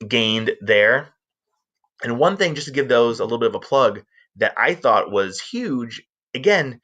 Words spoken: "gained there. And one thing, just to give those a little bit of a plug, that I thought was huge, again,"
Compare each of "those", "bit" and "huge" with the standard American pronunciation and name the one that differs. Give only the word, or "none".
none